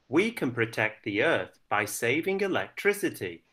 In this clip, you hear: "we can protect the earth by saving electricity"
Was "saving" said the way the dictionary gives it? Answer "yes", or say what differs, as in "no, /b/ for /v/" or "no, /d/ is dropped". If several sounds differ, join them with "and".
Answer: yes